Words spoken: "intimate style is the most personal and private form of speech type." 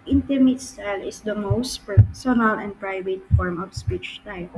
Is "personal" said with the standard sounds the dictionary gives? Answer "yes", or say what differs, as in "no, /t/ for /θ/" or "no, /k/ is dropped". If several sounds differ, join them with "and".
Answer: yes